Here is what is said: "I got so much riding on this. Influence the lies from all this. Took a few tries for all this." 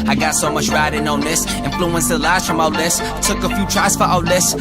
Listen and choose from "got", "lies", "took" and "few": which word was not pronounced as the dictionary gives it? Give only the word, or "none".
lies